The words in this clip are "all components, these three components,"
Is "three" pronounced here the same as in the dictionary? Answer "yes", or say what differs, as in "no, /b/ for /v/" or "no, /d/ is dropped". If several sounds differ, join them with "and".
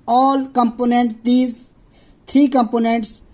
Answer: no, /t/ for /θ/